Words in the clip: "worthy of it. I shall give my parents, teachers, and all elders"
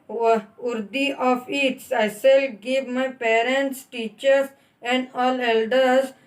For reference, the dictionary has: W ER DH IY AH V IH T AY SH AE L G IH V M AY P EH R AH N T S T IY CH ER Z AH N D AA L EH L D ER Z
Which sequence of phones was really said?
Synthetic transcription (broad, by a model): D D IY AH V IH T AY S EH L G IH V M AY P EH R AH N T S T IY CH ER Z AH N D AA L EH L D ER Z